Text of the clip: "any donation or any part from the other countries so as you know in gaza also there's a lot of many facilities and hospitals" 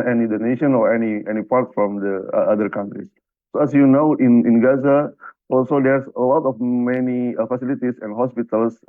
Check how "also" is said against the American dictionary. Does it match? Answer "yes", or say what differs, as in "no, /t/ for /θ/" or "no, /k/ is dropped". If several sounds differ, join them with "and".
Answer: yes